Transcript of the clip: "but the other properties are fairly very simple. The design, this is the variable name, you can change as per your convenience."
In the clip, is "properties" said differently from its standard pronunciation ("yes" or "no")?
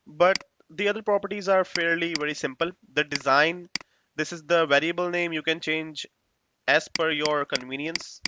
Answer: no